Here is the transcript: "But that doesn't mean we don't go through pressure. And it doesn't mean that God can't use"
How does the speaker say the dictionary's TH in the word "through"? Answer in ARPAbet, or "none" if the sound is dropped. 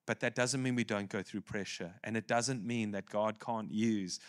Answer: TH